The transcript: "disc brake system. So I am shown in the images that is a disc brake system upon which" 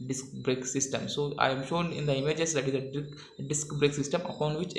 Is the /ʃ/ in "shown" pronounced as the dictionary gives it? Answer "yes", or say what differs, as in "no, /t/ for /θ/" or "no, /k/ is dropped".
yes